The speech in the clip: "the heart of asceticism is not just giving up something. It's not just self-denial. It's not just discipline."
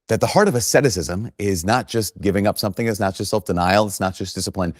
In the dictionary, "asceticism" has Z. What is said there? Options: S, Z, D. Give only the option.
Z